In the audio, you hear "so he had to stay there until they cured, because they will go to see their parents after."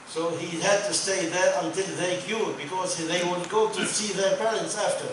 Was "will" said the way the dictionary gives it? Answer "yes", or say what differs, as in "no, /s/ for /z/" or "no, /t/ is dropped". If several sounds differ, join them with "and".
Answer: no, /n/ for /l/